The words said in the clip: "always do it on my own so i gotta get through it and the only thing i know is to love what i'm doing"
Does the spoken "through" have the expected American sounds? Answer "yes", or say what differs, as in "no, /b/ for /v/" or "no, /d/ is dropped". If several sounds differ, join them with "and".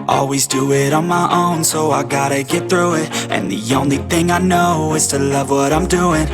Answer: yes